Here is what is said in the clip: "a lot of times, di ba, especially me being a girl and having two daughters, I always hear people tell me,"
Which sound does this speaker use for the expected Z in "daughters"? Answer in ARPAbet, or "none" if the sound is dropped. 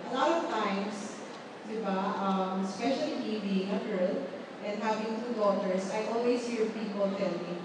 S